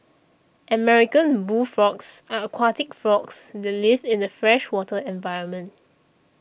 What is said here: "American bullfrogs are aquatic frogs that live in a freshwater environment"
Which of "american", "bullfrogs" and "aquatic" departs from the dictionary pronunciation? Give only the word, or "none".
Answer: bullfrogs